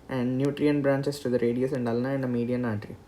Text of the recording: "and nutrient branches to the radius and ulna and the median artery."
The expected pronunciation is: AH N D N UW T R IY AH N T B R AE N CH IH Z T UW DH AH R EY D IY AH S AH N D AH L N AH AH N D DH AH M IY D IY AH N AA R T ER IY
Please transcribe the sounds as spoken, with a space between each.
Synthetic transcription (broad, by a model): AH N D N UW T R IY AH N B R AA N CH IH S T UW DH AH R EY D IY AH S AH N D AH L N AH AH N D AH M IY D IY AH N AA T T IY